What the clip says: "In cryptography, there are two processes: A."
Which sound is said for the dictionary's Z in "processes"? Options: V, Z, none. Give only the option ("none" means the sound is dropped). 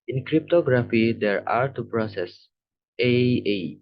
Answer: none